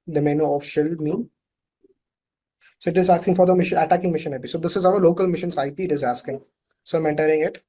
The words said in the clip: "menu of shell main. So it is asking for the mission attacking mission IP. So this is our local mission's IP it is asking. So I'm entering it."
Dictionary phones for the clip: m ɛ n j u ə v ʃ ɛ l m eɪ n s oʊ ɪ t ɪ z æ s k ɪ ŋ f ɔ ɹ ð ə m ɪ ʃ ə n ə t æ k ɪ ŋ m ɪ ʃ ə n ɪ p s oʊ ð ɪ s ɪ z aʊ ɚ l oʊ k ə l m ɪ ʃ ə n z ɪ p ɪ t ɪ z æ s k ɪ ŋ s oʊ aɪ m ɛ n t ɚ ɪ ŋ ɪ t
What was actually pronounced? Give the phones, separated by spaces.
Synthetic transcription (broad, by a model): m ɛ n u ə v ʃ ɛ l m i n s oʊ ɪ t ɪ z æ s k ɪ ŋ f ɔ ɹ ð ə m ɪ ʃ ə n ə t æ k ɪ ŋ m ɪ ʃ ə n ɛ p s oʊ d ɪ s ɪ z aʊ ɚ l oʊ k ə l m ɪ ʃ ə n s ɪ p ɪ t ɪ z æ s k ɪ ŋ s oʊ aɪ m ɛ n t ɚ ɪ ŋ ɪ t